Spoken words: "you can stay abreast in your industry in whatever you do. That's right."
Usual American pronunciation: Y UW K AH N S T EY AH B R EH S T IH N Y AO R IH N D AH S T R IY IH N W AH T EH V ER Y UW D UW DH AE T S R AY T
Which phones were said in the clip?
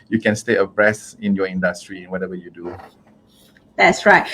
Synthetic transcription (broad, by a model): Y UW K AH N S T EY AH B R EH S IH N Y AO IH N D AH S T R IY IH N W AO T EH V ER Y UW D UW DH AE T S R AY T